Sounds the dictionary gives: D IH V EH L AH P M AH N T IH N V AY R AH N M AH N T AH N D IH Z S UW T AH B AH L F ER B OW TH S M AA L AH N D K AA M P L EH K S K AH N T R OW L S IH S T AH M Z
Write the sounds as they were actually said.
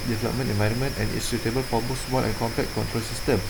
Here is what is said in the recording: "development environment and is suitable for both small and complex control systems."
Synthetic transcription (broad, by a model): D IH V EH L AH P M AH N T IH N V AY R AH N M AH N T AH N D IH S UW T AH B AH L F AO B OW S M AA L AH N K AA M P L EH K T K AH N T R OW L S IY S T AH M